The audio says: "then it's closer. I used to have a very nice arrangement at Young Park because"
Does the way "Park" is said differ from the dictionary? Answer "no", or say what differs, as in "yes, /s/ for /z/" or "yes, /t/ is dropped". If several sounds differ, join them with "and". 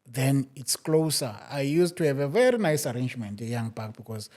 yes, /b/ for /p/